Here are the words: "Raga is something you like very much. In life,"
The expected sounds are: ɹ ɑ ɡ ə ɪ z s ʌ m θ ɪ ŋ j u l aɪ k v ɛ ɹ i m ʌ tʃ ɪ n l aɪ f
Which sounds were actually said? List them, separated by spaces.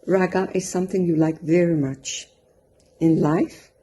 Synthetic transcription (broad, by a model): ɹ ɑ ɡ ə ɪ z s ʌ m θ ɪ ŋ j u l aɪ k v ɛ ɹ i m ʌ tʃ ɪ n l aɪ f